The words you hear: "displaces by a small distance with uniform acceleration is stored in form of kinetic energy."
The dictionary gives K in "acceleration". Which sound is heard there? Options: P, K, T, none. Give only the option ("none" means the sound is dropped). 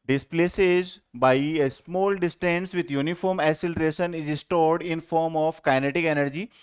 none